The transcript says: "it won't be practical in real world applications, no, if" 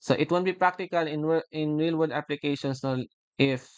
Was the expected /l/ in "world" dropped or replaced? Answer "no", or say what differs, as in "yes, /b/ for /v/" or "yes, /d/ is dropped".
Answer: yes, /l/ is dropped